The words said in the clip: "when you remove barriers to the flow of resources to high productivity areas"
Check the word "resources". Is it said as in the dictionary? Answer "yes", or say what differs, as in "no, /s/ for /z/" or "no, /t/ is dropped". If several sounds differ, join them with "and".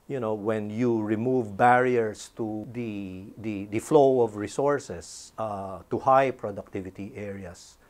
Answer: no, /s/ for /z/